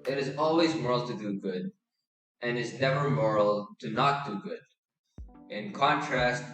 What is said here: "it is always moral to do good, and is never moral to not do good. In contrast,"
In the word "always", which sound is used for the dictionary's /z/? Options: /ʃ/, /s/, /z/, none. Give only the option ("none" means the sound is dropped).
/z/